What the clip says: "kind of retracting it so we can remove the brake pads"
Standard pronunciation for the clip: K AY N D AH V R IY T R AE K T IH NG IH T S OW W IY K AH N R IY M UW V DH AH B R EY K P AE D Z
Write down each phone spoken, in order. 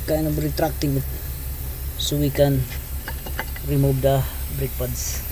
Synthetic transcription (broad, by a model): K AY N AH B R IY T R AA K T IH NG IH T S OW W IY K AH N R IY M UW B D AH B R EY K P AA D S